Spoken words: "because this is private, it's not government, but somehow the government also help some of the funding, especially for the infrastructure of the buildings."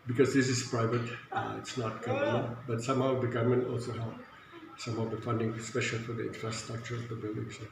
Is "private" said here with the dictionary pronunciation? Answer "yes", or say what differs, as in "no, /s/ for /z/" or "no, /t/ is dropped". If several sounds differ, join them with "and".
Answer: yes